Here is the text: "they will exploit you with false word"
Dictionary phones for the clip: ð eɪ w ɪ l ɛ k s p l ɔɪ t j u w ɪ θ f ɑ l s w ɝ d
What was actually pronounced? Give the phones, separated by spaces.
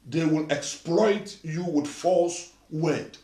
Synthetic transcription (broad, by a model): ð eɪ w ɪ l ɛ k s p l ɔɪ t j u w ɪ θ f ɑ l s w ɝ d